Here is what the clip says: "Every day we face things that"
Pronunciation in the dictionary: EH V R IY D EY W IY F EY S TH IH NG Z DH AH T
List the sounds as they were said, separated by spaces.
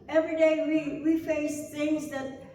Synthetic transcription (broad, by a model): EH V R IY D EY W IY F EY S TH IH NG Z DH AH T